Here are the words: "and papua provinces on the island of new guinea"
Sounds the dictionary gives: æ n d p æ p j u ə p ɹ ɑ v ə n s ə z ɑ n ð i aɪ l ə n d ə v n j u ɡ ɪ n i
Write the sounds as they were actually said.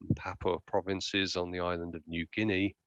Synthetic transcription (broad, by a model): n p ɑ p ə p ɹ ɑ v ə n s ə z n ð i aɪ l ə n d ə v n j u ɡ ɪ n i